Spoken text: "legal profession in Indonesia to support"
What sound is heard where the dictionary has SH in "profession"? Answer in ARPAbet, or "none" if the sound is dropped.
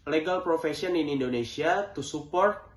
S